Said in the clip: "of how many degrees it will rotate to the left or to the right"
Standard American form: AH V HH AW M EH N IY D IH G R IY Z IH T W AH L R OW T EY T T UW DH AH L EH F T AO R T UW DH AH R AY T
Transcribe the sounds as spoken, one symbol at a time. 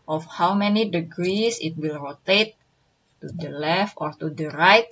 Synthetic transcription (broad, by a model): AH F HH AW M EH N IY D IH G R IY S IH T W AH L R OW T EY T T UW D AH L EH F T AO R T UW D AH R AY T